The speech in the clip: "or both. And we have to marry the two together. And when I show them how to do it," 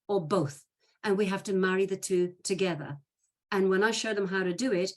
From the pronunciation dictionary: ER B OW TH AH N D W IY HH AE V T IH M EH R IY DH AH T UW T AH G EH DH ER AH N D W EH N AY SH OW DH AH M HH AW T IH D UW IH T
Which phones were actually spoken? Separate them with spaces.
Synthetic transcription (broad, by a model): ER B OW TH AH N W IY HH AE F T IH M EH R IY DH AH T UW T AH G EH DH ER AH N W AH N AY SH OW DH AH M HH AW T IH D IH IH T